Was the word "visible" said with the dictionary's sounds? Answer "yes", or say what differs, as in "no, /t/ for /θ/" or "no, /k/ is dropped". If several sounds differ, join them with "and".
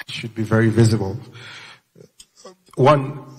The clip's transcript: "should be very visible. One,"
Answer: yes